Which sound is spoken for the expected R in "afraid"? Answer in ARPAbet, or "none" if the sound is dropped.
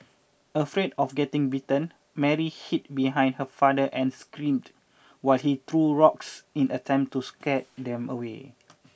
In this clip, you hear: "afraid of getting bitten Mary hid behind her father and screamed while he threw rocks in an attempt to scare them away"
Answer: R